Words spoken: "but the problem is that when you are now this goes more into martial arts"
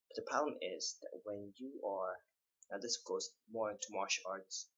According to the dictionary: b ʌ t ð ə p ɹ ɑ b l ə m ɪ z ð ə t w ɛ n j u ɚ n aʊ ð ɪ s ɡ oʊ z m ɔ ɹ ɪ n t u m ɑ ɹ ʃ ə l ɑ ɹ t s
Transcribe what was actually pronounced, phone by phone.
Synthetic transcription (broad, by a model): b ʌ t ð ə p ɑ l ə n ɪ z ð ə t w ɛ n j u ɚ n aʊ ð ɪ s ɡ oʊ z m ɔ ɹ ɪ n t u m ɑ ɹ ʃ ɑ ɹ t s